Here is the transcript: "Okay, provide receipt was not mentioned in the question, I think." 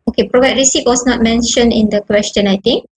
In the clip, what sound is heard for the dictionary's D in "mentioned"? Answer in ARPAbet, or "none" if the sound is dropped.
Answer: none